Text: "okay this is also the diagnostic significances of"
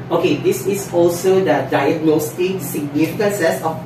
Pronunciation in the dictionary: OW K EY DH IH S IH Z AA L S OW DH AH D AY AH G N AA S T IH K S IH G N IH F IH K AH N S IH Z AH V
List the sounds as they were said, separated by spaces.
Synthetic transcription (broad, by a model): OW K EY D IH S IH S AA L S OW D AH D AY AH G N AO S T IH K S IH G N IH F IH K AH N S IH S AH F